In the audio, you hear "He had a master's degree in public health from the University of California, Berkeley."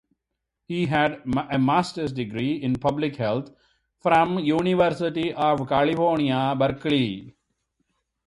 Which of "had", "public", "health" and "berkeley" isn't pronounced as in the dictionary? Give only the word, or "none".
health